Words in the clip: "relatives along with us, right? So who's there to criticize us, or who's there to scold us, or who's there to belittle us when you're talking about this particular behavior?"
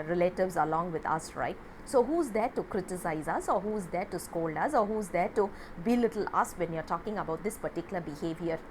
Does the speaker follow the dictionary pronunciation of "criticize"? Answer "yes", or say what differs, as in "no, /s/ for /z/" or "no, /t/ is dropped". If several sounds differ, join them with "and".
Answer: yes